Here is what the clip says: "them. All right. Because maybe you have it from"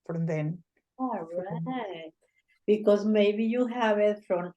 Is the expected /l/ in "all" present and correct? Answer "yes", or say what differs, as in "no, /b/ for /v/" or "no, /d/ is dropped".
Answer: no, /n/ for /l/